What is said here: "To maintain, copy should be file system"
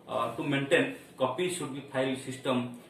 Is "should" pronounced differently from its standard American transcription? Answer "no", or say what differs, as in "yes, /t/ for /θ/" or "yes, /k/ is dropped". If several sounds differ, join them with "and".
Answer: yes, /s/ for /ʃ/